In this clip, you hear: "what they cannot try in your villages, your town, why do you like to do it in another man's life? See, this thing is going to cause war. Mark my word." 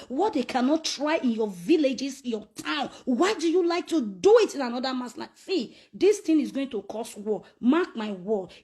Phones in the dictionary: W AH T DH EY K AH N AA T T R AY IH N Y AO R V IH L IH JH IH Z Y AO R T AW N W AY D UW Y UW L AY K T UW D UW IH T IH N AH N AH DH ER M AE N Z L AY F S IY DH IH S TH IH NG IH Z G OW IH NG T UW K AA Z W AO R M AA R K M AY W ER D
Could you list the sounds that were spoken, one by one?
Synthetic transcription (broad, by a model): W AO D EY K AH N AA T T R AY IH N Y AO V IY L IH JH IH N Y AO T AW N W AY D UW Y UW L AY K T UW D UW IH T IH N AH N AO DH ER M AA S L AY S IY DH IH S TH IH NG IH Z G OW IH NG T UW K AA S W AO M AA K M AY W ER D